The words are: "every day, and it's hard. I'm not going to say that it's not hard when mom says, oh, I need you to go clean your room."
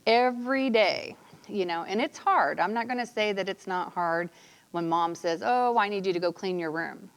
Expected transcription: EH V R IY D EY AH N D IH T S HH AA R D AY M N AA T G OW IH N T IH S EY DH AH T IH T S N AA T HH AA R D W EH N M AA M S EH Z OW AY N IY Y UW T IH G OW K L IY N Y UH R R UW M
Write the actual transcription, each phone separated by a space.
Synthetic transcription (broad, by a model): EH V R IY D EY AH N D IH T S HH AA R D AY M N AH T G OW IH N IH S EY DH AH T IH T S N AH T HH AA R D W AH N M AA M S EH Z OW AY N IY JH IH T IH G OW K L IY N Y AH R R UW M